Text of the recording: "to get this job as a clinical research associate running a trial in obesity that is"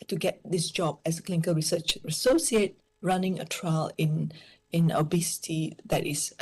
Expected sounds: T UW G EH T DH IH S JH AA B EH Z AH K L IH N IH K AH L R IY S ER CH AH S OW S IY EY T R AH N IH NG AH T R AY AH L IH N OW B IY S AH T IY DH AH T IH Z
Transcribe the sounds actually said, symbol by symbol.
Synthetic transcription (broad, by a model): T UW G EH T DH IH S JH AA B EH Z AH K L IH N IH K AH L R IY S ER CH AH S OW S IY EY T R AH N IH NG AH T R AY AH N IH N OW B IY S AH T IY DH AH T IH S